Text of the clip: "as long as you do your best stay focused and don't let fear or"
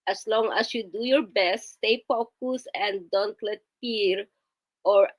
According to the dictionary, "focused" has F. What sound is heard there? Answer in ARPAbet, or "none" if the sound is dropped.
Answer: P